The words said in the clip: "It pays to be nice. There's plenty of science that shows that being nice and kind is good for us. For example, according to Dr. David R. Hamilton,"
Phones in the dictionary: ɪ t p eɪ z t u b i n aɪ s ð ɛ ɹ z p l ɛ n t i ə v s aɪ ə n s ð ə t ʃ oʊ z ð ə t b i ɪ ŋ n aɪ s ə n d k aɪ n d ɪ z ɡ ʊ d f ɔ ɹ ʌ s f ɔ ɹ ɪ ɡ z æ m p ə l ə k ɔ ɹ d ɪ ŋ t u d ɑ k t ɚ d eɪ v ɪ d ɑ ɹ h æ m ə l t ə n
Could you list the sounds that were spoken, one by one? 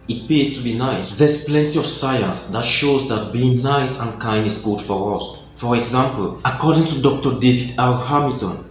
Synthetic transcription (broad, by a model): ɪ t p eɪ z t u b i n aɪ s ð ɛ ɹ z p l ɛ n t i ə v s aɪ ə n s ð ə t ʃ oʊ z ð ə t b i ɪ ŋ n aɪ s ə n k aɪ n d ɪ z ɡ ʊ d f ɔ ɹ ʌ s f ɔ ɹ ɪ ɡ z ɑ m p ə l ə k ɔ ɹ d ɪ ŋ t u d ɑ k t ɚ d eɪ v ɪ d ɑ l h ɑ m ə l t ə n